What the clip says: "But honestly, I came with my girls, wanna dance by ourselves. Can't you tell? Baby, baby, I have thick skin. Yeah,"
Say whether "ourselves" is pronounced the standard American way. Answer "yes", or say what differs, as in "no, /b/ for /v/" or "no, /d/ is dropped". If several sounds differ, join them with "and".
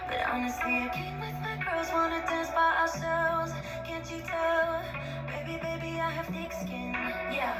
no, /v/ is dropped